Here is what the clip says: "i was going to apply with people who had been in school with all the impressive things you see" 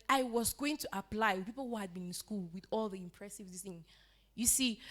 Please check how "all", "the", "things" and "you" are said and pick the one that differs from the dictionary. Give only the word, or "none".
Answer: things